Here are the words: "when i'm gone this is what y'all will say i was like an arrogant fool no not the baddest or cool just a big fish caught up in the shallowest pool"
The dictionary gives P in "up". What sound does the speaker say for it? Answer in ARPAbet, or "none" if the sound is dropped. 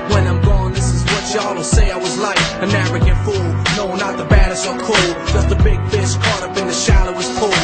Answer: B